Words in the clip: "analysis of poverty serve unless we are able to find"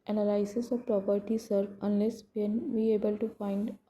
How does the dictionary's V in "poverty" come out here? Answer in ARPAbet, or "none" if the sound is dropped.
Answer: P